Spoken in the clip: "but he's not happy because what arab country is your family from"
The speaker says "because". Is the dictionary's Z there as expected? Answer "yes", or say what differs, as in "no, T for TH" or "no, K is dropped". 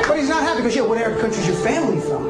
no, Z is dropped